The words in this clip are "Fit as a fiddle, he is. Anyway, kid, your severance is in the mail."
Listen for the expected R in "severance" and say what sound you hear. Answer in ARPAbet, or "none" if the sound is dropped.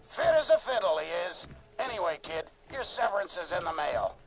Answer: R